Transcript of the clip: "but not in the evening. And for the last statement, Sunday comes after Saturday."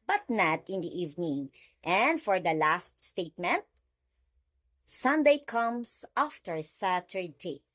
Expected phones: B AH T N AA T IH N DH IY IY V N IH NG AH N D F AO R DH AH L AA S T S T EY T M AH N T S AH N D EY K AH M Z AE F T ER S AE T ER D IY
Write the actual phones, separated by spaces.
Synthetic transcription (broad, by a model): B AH T N AA T IH N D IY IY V N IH NG AH N D F AO R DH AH L AA S T S T EY T M AH N T S AH N D EY K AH M S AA F T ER S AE T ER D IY